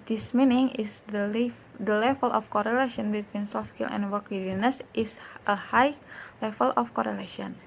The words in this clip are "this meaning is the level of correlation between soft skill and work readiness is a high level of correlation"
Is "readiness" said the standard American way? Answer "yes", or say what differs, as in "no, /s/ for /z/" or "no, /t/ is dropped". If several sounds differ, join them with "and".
no, /w/ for /ɹ/